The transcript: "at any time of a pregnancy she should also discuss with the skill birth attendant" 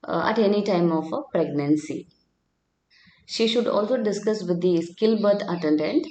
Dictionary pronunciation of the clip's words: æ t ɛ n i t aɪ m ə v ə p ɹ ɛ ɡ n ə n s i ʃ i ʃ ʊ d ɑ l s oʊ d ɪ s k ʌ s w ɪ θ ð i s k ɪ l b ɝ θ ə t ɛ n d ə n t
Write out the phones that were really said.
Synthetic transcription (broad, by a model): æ t ɛ n i t aɪ m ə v ə p ɹ ɛ ɡ n ə n s i ʃ i ʃ ʊ d ɑ l s oʊ d ɪ s k ʌ s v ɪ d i s k ɪ l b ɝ t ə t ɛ n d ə n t